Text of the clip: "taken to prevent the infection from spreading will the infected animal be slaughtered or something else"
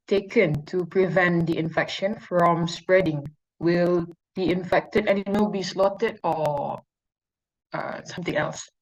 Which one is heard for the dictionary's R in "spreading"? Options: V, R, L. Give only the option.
R